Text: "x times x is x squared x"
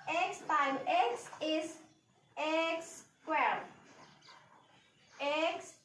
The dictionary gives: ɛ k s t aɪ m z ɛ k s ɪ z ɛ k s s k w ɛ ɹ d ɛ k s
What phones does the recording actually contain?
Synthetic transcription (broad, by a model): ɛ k s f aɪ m ɛ k s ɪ s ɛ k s s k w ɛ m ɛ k s